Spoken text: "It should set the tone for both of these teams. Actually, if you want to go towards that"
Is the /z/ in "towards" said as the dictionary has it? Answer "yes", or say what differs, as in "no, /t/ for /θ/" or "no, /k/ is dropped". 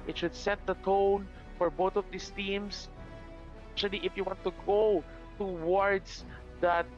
no, /s/ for /z/